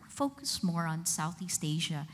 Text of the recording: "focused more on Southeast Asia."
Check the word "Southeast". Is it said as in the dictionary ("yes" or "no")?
yes